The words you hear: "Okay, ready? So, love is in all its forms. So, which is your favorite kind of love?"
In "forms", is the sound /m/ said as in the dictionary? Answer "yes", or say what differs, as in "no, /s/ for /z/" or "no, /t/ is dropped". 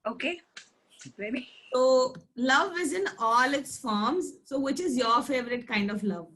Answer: yes